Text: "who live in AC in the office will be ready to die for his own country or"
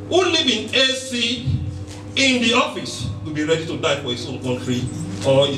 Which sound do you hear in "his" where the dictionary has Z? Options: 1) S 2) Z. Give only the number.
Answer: 1